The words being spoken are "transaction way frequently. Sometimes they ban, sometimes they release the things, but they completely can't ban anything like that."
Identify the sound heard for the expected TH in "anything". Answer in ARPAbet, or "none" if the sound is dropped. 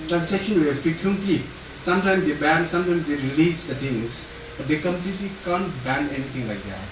T